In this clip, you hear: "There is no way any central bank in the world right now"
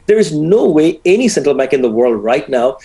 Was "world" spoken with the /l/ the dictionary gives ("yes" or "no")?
yes